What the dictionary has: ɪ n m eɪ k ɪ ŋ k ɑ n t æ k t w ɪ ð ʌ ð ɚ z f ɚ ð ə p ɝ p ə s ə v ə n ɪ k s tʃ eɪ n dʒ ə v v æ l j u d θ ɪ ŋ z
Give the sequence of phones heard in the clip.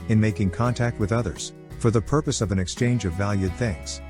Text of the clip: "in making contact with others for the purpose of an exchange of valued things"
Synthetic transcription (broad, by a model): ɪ n m eɪ k ɪ ŋ k ɑ n t æ k t w ɪ ð ʌ ð ɚ z f ɚ ð ə p ɝ p ə s ə v ə n ɪ k s tʃ eɪ n dʒ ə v v æ l j u d θ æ ŋ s